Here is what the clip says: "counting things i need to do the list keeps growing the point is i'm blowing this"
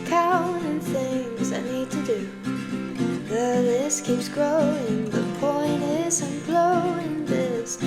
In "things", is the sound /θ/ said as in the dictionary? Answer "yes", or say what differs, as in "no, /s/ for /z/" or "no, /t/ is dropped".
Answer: yes